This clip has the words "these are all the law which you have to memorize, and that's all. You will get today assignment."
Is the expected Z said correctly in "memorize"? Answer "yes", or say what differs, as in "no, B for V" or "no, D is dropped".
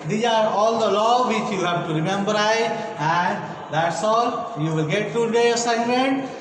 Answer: no, Z is dropped